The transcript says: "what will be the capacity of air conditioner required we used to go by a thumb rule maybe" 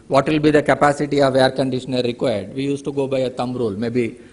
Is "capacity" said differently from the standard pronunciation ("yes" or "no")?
no